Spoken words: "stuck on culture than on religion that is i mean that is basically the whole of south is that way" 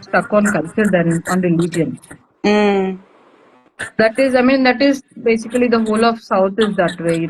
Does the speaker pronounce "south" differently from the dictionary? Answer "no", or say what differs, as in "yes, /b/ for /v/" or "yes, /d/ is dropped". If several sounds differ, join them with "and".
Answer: yes, /t/ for /θ/